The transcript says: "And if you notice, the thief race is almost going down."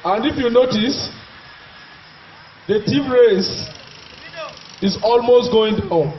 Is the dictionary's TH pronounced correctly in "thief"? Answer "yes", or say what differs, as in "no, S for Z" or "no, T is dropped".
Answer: no, T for TH